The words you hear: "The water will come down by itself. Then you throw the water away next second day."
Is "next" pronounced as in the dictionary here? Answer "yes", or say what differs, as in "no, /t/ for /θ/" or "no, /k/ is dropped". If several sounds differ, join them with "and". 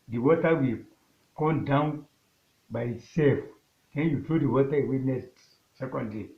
no, /k/ is dropped